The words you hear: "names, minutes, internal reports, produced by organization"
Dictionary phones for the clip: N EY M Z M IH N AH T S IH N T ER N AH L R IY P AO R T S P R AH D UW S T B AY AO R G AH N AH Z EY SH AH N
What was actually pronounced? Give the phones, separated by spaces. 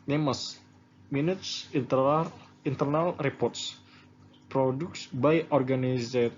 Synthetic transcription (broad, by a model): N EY M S M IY N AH T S IH N T ER N AH L R IY P AO R T S P R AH D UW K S B AY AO R G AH N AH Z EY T